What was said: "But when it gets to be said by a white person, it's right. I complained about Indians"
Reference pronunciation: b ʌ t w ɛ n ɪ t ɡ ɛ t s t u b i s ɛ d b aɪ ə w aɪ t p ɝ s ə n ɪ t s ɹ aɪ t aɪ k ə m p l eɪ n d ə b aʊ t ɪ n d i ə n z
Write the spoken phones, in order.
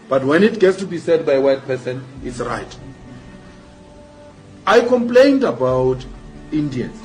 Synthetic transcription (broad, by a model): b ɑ t w ɛ n ɪ t ɡ ɛ t s t u b i s ɛ d b aɪ w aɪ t p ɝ s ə n ɪ t s ɹ aɪ t aɪ k ə m p l eɪ n d ə b aʊ t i n d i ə n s